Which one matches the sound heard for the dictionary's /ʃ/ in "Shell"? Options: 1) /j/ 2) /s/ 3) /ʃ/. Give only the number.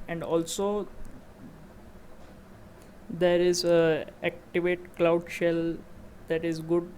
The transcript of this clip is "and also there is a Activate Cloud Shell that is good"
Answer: 3